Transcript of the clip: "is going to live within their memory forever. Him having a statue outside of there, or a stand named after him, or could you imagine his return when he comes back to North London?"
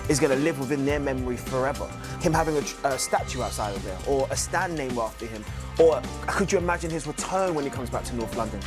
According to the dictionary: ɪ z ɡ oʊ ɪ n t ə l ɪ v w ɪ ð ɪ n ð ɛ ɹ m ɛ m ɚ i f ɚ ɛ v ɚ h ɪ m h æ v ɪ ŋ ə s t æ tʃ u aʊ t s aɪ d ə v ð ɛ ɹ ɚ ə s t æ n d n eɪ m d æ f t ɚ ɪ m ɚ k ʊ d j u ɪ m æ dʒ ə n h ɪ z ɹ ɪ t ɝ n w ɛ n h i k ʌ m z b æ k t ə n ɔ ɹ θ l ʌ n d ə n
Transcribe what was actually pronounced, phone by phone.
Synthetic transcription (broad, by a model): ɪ z ɡ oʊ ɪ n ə l ɪ v w ɪ ð ɪ n ð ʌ ɹ m ɛ m ɚ i f ɚ ɛ v ɚ h ɪ m h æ v ɪ ŋ ə s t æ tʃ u aʊ t s aɪ d ə v ð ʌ ɹ ɚ ə s t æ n n eɪ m æ f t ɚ ɪ m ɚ k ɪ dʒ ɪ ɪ m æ dʒ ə n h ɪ z ɹ ɪ t ɝ n w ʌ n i k ʌ m z b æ k t ə n ɔ ɹ θ l ʌ n d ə n